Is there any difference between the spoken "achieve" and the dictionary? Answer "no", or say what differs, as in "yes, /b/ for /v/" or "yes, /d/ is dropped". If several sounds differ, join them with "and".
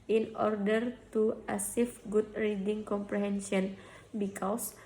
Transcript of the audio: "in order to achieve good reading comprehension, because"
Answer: yes, /s/ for /tʃ/